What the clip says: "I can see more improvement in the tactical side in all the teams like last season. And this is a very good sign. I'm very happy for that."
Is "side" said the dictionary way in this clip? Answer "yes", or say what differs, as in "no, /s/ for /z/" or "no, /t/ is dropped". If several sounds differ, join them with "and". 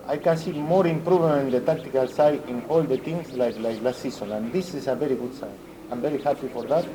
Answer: no, /d/ is dropped